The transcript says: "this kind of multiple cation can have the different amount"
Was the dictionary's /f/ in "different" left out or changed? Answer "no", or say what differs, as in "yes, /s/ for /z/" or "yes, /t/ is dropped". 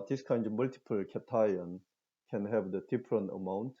yes, /p/ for /f/